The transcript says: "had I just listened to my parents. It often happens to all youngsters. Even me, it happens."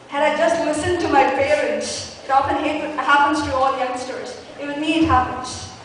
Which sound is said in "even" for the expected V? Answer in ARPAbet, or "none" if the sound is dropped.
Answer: W